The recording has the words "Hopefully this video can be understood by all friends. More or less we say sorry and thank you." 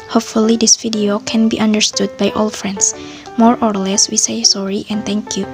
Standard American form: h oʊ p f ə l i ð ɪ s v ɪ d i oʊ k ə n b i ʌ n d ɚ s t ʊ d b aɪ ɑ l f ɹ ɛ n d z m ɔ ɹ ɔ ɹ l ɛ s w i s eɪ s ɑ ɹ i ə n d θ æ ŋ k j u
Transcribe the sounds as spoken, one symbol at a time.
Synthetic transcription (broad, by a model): h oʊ p f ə l i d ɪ s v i d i oʊ k ə n b i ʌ n d ɚ s t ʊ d b aɪ ɑ l f ɹ ɛ n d s m ɔ ɹ ɔ ɹ l ɛ s w i s eɪ s ɑ ɹ i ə n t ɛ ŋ k j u